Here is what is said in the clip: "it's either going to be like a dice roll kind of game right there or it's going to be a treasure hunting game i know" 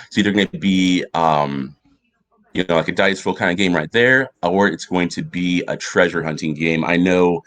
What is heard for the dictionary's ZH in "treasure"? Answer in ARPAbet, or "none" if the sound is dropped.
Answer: ZH